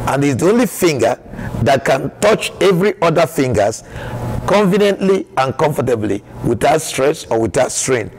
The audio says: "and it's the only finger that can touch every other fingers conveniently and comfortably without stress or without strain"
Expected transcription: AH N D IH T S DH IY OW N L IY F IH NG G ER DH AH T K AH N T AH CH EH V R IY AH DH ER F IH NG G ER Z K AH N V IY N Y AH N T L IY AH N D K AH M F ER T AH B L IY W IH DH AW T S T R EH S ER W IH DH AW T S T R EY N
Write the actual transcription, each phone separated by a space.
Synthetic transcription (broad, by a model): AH N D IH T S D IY OW N L IY F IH NG G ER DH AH T K AH N T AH CH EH V R IY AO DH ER F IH NG G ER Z K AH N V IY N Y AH N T L IY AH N K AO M F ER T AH B L IY W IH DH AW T S T R EH S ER W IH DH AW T S T R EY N